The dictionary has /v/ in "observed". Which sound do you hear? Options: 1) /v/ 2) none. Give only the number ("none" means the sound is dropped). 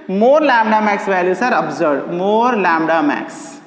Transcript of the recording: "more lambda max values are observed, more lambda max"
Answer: 2